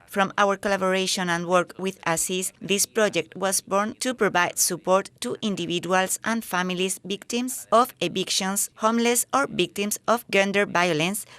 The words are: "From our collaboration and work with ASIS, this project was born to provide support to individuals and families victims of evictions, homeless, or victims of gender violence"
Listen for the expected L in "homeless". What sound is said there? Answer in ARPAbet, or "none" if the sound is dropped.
L